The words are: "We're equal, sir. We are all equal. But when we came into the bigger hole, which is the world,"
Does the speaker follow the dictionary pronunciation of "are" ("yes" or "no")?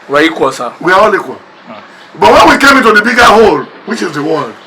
no